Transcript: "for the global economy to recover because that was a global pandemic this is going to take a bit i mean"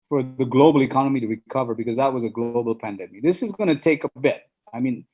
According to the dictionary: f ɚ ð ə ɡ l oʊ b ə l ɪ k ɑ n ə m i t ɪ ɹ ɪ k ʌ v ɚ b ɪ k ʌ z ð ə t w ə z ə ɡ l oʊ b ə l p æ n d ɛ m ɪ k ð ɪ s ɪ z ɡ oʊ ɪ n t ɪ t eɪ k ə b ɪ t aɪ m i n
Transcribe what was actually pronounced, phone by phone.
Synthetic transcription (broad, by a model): f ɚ ð ə ɡ l oʊ b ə l ɪ k ɑ n ə m i t ɪ ɹ ɪ k ʌ v ɚ b ɪ k ʌ z ð ə t w ə z ə ɡ l oʊ b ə l p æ n d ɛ m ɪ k ð ɪ s ɪ z ɡ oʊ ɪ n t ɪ t eɪ k ə b ɪ t aɪ m i n